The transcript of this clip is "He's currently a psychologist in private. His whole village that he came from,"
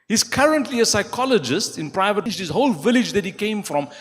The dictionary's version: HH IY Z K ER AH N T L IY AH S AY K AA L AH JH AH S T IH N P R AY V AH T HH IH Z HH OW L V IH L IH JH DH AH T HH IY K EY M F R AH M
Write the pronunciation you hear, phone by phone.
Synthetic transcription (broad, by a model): HH IY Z K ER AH N T L IY AH S AY K AA L AH JH AH S T IH N P R AY V AH T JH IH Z HH OW L V IH L IH JH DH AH T HH IY K EY M F R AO M